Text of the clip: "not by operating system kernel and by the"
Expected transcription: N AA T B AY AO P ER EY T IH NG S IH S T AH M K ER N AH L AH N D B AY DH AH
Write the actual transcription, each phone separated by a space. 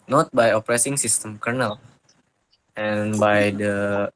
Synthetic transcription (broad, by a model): N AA T B AY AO P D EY S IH NG S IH S T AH M K ER N AH L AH N B AY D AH